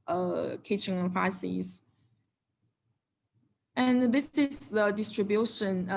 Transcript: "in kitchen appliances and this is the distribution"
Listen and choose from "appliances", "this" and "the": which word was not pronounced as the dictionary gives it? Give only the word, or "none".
appliances